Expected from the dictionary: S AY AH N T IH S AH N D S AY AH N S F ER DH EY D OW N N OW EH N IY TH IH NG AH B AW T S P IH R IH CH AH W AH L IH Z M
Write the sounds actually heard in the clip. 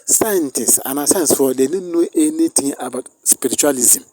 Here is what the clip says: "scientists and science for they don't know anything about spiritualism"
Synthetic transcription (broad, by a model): S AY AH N T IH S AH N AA S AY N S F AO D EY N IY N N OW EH N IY T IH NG AH B AW T S P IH R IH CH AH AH L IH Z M